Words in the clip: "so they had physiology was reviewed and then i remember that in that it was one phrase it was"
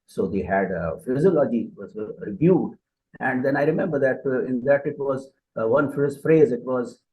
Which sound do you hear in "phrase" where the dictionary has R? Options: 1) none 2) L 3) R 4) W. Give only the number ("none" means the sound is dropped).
3